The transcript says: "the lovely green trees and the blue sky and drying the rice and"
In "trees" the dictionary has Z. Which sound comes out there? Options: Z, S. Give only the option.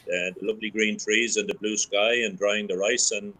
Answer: Z